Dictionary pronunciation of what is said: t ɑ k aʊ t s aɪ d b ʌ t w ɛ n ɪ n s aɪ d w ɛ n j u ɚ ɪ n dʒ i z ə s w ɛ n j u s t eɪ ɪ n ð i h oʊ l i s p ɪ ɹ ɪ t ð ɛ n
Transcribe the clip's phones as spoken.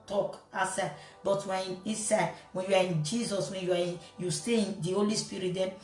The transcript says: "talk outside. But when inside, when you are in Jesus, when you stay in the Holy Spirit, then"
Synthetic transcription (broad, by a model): t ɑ k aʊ s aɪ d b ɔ t w ɛ n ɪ s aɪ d w ɛ n j u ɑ ɪ n dʒ i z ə s w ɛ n j u s t eɪ ɪ n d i h oʊ l i s p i ɹ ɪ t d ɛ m